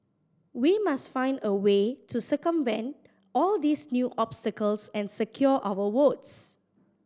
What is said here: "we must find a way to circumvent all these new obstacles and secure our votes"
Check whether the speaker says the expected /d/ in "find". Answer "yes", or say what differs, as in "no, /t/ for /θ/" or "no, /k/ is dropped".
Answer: yes